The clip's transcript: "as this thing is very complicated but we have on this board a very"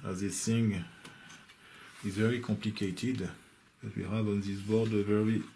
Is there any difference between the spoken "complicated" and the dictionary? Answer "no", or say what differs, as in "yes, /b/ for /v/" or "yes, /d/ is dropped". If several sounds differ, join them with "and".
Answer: no